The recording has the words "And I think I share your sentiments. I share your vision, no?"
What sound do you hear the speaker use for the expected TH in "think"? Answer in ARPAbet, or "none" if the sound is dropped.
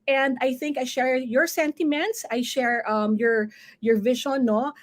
TH